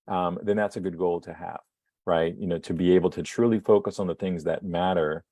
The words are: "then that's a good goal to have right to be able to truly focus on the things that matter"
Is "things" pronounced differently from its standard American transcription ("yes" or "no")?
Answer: no